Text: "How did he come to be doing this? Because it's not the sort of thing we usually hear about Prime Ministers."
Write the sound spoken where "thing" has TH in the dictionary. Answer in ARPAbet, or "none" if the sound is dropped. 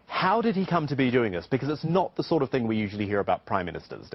TH